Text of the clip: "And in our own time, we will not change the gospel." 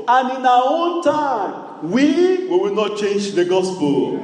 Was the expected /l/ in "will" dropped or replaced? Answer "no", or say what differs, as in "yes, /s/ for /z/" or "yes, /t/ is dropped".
yes, /w/ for /l/